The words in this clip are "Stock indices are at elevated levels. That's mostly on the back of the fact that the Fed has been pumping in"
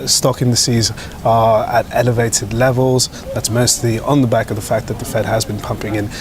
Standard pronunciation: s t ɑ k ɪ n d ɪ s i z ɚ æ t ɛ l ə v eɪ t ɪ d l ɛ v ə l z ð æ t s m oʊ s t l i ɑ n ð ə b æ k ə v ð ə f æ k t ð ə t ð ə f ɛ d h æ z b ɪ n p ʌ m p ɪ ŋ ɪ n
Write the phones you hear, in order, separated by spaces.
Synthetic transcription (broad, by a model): s t ɑ k ɪ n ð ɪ s i z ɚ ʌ t ɛ l ə v eɪ t ɪ d l ɛ v ə l z ð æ t s m oʊ s t l i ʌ n ð ə b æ k ə v ð ə f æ k ð ə t ð ə f ɛ d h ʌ z b ɪ n p ʌ m p ɪ ŋ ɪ n